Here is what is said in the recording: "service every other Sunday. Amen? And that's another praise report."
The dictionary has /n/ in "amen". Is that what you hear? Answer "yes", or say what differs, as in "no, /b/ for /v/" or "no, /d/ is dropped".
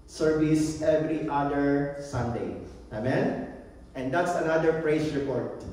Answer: yes